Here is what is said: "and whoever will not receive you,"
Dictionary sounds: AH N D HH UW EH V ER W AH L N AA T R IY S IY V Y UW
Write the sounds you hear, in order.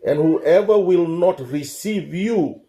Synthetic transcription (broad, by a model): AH N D HH UW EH V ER W AH L N AA T R IY S IY V Y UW